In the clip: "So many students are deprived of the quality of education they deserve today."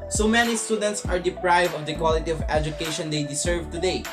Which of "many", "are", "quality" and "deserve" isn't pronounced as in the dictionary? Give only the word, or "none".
deserve